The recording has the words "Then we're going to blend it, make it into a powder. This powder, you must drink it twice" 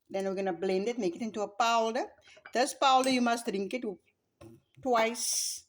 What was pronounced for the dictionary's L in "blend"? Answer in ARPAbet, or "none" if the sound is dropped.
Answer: L